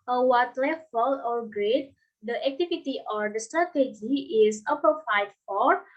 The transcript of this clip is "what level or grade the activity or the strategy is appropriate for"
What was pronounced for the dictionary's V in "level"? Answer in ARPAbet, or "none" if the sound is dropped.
F